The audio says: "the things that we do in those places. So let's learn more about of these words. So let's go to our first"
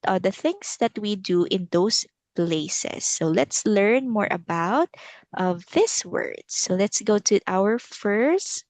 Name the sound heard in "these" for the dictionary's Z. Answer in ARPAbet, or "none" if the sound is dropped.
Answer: S